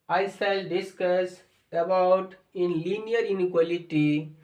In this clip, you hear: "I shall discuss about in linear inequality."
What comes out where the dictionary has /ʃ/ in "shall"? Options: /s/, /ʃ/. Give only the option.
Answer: /s/